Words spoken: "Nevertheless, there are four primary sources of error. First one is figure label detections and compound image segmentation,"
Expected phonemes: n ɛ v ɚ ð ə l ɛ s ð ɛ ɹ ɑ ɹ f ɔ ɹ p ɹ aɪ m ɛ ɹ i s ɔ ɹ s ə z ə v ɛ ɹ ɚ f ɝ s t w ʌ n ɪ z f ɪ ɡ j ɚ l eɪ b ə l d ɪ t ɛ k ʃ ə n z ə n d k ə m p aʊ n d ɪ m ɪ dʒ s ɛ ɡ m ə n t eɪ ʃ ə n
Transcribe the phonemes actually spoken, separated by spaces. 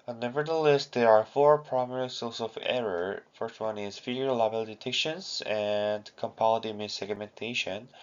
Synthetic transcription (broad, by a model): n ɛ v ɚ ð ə l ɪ s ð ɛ ɹ ɑ ɹ f ɔ ɹ p ɹ aɪ m ɛ ɹ i s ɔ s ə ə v ɛ ɹ ɚ f ɝ s t w ʌ n ɪ z f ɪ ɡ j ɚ l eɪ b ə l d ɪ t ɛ k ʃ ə n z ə n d k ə m p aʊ l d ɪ m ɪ s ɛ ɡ m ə n t eɪ ʃ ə n